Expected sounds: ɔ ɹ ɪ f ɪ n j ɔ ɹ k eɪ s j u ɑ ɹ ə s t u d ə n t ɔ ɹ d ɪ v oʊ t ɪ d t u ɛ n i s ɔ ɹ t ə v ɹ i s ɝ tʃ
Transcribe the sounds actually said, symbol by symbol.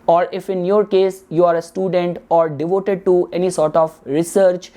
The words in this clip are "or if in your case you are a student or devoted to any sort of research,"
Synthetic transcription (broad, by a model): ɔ ɹ ɪ f ɪ n j ɔ ɹ k eɪ s j u ɑ ɹ ə s t u d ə n t ɔ ɹ d ɪ v oʊ t ɪ d t u ɛ n i s ɔ ɹ t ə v ɹ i s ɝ tʃ